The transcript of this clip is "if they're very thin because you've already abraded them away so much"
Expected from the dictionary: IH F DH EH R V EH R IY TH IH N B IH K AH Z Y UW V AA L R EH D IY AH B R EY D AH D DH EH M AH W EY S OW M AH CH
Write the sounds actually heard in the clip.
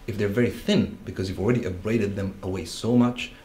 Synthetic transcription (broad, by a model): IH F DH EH R V EH R IY TH IH N B IH K AH Z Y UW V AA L R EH D IY AH B R EY D AH D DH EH M AH W EY S OW M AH CH